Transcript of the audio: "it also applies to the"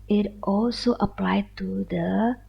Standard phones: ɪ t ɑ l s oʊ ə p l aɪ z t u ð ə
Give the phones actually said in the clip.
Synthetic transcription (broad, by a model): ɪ t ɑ l s oʊ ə p l aɪ t u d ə